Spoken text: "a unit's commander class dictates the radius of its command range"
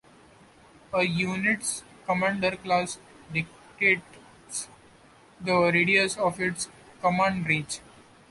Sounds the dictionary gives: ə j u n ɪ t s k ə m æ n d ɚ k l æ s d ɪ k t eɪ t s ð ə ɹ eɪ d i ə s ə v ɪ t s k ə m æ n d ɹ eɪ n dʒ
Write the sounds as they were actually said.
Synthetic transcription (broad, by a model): ə j u n ɪ t s k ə m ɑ n d ɚ k l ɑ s d ɪ k t eɪ t s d ə ɹ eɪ d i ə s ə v ɪ t s k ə m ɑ n d ɹ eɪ dʒ